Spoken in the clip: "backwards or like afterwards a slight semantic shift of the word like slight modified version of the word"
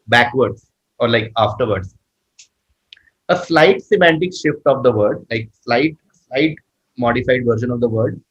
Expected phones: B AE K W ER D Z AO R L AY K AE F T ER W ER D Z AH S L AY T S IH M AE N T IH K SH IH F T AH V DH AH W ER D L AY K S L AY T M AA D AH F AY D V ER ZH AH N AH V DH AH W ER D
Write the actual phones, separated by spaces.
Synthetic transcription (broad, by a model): B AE K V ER D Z AO R L AY K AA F T ER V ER D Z AH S L AY T S IH M AE N T IH K SH IH F T AH V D AH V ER D L AY K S L AY T M AA D AH F AY D V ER SH AH N AH V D AH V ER D